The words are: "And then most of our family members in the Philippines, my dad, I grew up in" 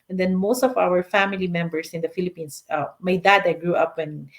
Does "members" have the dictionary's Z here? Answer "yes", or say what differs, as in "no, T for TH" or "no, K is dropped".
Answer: no, S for Z